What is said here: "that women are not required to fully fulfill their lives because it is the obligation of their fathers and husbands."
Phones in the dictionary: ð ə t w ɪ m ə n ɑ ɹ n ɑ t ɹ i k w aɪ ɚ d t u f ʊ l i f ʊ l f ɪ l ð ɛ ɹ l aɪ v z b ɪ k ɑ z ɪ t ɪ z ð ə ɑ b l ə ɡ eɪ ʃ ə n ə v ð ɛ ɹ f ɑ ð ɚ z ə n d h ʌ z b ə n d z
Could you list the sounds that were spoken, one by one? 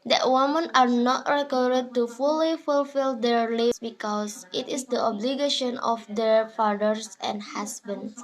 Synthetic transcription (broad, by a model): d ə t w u m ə n ɑ ɹ n ɑ t ɹ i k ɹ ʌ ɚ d t u f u l i f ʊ l f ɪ l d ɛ ɹ l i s b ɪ k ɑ s ɪ t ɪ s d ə ɑ b l ə ɡ eɪ ʃ ə n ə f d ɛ ɹ f ɑ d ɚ s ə n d h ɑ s b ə n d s